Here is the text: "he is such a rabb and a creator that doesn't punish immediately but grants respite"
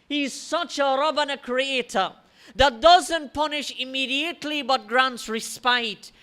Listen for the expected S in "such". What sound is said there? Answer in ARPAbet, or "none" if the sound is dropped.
S